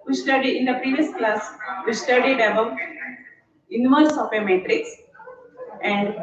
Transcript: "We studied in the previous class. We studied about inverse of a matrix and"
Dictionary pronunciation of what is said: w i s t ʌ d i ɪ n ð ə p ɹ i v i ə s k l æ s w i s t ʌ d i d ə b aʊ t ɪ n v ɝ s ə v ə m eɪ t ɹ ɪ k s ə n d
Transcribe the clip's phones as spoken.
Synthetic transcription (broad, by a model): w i s t ʌ d i ɪ n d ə p ɹ i v i ə s k l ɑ s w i s t ʌ d i d ə b aʊ t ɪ n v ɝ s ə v ə m eɪ t ɹ ɪ k s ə n d